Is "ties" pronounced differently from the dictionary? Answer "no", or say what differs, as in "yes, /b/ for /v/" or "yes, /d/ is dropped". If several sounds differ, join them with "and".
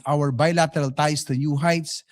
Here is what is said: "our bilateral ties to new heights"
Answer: yes, /s/ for /z/